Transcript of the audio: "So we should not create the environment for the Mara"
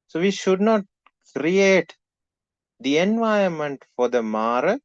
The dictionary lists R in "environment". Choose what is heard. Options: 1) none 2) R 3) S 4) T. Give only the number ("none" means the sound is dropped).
1